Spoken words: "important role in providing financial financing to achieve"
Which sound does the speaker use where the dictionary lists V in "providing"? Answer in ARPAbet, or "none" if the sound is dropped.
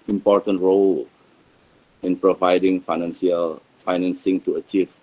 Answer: V